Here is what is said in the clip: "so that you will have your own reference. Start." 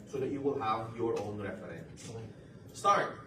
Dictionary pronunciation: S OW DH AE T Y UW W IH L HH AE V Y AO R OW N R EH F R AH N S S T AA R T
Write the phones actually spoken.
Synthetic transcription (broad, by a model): S OW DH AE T Y UW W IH L HH AE V Y AO R OW N R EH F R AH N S S T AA R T